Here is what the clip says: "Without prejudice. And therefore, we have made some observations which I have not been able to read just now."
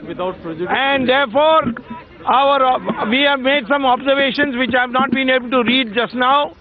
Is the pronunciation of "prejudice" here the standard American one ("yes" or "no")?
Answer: no